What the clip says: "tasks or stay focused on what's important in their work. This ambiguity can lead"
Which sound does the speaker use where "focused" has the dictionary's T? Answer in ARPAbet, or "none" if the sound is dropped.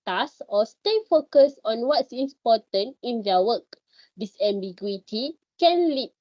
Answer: none